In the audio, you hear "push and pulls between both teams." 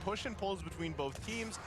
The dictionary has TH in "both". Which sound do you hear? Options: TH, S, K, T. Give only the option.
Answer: TH